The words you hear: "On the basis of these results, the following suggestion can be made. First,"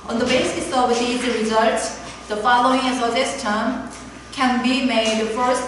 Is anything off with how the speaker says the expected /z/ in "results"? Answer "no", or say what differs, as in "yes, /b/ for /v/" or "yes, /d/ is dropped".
no